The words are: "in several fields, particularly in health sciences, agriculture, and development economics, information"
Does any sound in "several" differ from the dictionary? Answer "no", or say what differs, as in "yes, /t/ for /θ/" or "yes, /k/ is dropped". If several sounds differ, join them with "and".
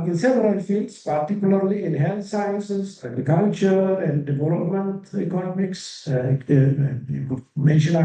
yes, /p/ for /v/